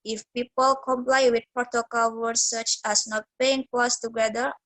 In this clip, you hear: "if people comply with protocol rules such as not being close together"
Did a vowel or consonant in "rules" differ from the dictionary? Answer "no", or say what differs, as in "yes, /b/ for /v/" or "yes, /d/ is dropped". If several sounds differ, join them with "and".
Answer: yes, /w/ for /ɹ/